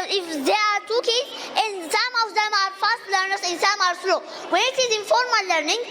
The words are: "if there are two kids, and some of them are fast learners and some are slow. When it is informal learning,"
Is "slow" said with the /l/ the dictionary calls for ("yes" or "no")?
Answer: yes